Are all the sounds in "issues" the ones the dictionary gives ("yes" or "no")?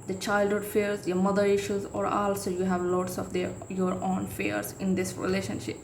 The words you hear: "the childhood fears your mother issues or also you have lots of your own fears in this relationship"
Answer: yes